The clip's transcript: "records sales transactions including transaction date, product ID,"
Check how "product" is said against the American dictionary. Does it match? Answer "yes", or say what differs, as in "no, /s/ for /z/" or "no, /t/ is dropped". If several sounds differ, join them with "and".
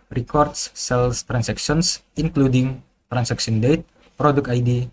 no, /t/ is dropped